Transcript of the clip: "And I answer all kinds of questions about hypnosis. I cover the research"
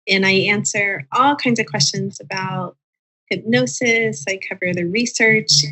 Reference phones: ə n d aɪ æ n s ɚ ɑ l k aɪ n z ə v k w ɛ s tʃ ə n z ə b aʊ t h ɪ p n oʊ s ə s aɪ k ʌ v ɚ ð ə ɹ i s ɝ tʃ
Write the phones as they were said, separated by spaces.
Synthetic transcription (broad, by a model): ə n aɪ æ n s ɚ ɑ l k aɪ n z ə v k w ɛ s tʃ ə n z ə b aʊ t h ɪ b n oʊ s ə s aɪ k ʌ v ɚ ð ə ɹ i s ɝ tʃ